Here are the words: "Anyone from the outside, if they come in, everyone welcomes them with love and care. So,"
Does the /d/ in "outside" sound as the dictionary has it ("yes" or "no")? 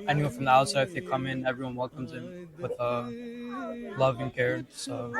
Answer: no